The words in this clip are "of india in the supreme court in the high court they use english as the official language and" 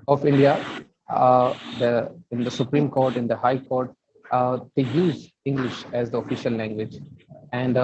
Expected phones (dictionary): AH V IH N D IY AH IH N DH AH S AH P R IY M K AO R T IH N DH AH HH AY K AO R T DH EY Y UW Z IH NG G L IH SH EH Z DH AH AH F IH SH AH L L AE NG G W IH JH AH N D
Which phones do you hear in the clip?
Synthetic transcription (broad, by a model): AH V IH N D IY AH IH N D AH S AH P R IY M K AO R T IH N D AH HH AY K AO R T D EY Y UW Z IH NG G L IH SH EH Z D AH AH F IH SH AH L L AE NG G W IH JH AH N D